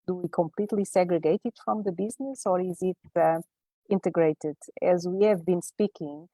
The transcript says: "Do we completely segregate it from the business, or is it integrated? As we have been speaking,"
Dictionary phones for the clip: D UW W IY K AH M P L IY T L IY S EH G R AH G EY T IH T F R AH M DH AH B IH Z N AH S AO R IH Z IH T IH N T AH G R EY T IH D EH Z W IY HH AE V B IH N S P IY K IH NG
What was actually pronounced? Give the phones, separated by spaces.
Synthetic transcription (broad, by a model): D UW W IY K AH M P L IY T L IY S EH G R AH G EY T IH T F R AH M DH AH B IH Z N AH S AO R IH Z IH T IH N T AH G R EY T IH D EH Z W IY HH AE V B IH N S P IY K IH NG